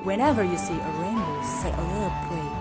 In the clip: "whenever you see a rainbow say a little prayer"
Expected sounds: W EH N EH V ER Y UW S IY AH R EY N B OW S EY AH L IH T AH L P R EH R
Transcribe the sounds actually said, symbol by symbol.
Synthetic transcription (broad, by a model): W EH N EH V ER Y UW S IY AH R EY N OW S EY AH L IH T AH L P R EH